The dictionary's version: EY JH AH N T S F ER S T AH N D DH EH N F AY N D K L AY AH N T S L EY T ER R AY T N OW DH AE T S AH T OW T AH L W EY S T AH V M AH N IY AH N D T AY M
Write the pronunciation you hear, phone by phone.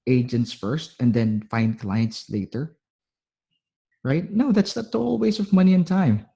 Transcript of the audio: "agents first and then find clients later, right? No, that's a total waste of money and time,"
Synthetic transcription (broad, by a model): EY JH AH N T S F ER S T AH N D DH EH N F AY N D K L AY AH N T S L EY T ER R AY T N OW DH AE T S AH T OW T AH L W EY S AH V M AH N IY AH N T AY M